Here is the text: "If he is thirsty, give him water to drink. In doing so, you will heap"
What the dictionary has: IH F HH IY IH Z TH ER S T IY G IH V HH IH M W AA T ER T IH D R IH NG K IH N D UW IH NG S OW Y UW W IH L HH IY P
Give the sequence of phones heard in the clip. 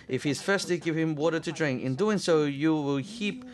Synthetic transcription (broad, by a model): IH F HH IY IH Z F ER S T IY G IH V HH IH M W AA T ER T IH D R IH NG K IH N D UW IH NG S OW Y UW W IH L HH IY P